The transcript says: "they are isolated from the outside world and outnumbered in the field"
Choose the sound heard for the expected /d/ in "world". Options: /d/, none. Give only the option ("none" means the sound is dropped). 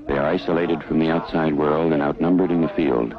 /d/